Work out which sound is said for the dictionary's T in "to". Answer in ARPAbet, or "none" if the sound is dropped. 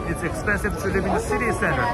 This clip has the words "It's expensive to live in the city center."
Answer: T